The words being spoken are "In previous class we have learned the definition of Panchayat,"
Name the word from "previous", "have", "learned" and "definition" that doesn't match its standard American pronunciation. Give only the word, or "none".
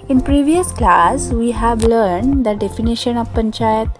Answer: none